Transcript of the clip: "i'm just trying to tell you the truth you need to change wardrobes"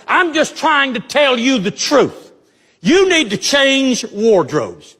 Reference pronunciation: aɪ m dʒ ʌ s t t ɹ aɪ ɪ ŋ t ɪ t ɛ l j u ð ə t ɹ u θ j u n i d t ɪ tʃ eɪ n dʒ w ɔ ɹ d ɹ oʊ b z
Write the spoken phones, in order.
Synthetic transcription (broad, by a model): aɪ m dʒ ʌ s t t ɹ aɪ ɪ ŋ t ɪ t ɛ l j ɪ ð ə t ɹ u θ j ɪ n i d t ɪ tʃ eɪ n dʒ w ɔ ɹ d ɹ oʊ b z